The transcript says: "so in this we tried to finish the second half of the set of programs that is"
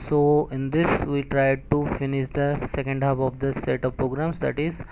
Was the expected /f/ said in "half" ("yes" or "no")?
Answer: no